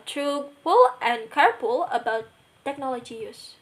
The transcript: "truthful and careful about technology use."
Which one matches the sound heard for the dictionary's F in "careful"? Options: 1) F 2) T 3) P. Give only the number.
3